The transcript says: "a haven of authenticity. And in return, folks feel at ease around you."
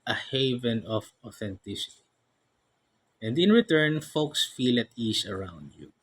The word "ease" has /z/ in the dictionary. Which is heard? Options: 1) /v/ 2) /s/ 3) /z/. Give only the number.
2